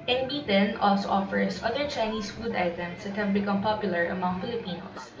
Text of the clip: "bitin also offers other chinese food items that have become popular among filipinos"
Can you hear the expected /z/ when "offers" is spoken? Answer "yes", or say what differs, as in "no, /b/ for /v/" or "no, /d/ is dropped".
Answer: no, /s/ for /z/